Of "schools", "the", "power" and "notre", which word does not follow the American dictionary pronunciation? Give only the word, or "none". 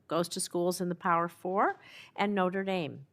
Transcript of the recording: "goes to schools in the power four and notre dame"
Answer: none